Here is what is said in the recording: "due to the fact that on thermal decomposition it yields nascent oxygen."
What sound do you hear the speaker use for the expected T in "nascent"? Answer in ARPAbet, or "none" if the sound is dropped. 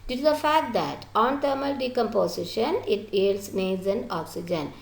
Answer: none